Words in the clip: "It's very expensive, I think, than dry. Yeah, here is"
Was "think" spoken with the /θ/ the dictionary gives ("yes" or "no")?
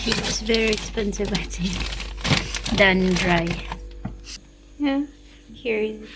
no